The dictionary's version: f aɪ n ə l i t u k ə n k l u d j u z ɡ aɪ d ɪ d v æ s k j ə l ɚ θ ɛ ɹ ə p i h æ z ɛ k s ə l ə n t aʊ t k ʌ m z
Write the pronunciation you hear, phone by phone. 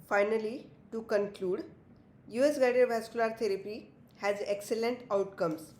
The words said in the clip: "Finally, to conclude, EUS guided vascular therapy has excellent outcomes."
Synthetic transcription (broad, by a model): f aɪ n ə l i t u k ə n k l u d j u s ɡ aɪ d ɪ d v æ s k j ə l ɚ t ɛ ɹ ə p i h æ z ɛ k s ə l ə n t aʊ t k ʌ m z